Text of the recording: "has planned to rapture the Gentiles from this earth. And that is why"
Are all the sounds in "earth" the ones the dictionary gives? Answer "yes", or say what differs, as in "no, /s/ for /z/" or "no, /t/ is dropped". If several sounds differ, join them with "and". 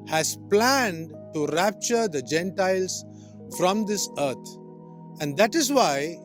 no, /t/ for /θ/